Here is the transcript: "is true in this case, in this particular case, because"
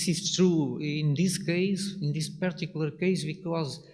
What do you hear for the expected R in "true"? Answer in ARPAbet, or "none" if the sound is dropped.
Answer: R